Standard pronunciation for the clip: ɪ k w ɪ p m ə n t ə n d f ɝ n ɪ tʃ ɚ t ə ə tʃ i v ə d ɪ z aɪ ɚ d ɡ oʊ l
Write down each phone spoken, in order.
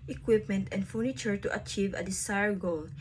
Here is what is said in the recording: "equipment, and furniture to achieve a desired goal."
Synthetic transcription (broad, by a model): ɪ k w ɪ p m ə n t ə n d f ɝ n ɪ tʃ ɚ t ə ə tʃ i v ə d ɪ s aɪ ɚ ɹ ɡ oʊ l